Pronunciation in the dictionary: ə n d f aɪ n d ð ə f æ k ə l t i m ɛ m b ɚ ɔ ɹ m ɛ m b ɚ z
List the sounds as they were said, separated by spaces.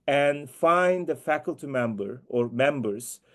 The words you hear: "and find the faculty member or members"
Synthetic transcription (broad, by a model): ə n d f aɪ n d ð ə f æ k ə l t i m ɛ m b ɚ ɔ ɹ m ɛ m b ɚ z